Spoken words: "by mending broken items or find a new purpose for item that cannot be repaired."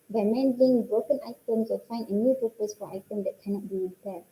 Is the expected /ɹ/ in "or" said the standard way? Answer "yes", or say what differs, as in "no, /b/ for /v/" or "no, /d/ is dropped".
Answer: no, /l/ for /ɹ/